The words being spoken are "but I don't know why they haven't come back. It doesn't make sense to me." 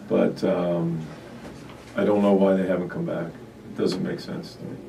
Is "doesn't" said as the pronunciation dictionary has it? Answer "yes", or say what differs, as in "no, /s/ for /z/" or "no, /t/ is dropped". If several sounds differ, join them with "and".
yes